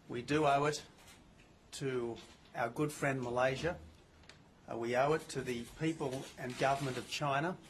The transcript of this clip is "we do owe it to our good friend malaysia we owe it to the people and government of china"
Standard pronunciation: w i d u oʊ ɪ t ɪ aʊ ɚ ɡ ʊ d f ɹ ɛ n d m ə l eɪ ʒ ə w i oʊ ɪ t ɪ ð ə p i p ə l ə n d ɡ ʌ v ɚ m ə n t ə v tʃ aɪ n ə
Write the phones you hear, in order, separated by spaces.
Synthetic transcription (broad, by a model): w i d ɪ oʊ ɪ t ɪ aʊ ɚ ɡ ʊ d f ɹ ɛ n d m ə l eɪ ʒ ə w i oʊ ɪ t ɪ ð ə p i p ə l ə n ɡ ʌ v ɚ m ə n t ə v tʃ aɪ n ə